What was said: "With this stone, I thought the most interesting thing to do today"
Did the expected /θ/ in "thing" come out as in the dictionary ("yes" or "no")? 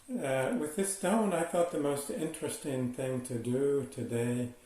yes